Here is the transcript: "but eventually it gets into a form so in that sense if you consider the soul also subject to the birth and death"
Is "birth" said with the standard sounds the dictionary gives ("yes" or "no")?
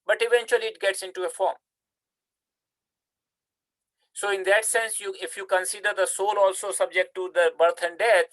no